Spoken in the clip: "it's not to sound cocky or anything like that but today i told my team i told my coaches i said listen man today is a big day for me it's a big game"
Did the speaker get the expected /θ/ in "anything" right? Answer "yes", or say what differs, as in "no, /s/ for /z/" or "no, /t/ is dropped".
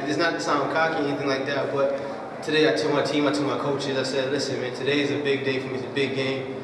yes